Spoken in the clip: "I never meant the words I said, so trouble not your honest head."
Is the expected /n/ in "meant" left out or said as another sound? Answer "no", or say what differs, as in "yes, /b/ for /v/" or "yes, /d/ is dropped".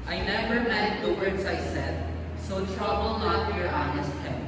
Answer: yes, /n/ is dropped